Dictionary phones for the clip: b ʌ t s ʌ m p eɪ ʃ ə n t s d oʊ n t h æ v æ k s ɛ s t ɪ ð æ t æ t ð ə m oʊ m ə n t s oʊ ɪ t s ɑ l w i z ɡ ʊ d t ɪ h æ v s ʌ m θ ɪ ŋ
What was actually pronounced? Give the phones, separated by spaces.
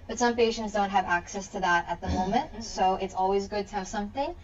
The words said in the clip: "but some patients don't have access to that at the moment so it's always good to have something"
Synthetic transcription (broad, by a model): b ʌ t s ʌ m p eɪ ʃ ə n t s d oʊ n t h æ v æ k s ɛ s t ɪ ð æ t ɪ t ð ə m oʊ m ə n t s oʊ ɪ t s ɑ l w i z ɡ ʊ d t ɪ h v s ʌ m θ ɪ ŋ